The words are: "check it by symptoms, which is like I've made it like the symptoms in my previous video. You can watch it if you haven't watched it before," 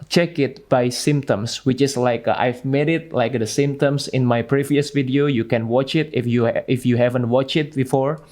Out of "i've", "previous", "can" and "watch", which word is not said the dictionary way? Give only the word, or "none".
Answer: none